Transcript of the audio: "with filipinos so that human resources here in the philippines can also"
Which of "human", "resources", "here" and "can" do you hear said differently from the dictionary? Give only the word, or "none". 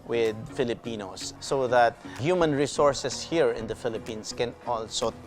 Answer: resources